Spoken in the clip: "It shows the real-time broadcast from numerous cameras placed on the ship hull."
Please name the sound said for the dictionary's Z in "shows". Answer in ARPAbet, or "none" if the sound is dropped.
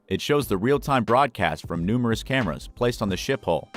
Z